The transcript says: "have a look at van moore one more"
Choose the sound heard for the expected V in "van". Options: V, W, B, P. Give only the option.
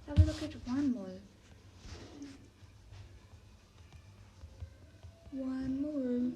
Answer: W